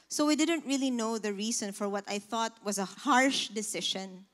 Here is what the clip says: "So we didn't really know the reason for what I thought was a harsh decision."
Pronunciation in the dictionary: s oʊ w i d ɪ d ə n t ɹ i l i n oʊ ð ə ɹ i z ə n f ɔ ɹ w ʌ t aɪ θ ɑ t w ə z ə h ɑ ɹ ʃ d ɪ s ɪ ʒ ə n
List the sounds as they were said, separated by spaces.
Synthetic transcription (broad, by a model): s oʊ w i d ɪ d ə n t ɹ i l i n oʊ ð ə ɹ i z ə n f ɔ ɹ w ʌ t aɪ θ ɑ t w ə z ə h ɑ ɹ ʃ d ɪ s ɪ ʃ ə n